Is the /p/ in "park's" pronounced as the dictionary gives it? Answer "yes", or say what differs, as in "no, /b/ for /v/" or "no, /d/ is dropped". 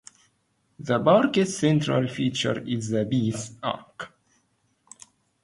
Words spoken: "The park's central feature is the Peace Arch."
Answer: no, /b/ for /p/